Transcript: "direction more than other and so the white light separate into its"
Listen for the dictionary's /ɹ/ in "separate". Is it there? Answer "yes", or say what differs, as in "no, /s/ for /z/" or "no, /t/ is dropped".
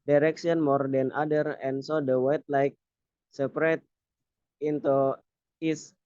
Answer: yes